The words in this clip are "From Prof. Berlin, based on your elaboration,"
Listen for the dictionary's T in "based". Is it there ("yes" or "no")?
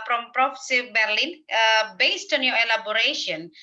yes